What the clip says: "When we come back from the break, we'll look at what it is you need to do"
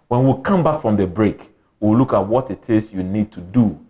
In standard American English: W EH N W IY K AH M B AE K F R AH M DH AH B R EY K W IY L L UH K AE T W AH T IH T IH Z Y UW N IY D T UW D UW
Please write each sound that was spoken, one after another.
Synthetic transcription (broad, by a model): W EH N W IY K AH M B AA K F R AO M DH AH B R EY K W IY W L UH K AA T W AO T IH T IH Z Y UW N IY D T UW D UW